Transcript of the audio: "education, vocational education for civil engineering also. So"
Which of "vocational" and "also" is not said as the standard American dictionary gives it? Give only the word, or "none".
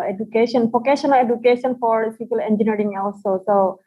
vocational